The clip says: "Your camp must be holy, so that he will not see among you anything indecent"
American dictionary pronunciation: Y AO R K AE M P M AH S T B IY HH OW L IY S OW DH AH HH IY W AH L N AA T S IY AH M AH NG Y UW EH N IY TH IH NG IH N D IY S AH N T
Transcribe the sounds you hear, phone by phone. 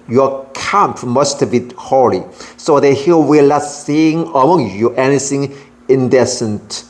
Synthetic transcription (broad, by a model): Y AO K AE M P M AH S T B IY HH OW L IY S OW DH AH HH IY W AH L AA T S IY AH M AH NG Y UW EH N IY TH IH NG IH N D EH S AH N T